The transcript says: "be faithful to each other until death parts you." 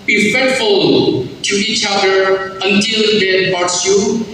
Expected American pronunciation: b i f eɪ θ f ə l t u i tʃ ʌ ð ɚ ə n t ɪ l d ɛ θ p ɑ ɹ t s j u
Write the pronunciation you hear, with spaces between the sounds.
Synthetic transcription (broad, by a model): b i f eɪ t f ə l t u i tʃ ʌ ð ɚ ə n t ɪ l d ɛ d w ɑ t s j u